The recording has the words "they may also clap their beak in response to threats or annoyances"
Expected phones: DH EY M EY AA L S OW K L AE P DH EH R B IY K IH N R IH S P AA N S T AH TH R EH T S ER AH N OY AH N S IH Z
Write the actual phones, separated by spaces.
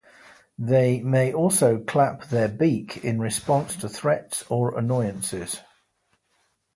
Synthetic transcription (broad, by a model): DH EY M EY AA L S OW K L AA P DH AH B IY K IH N R IH S P AA N S T AH TH R EH T S ER AH N OY AH N S IH Z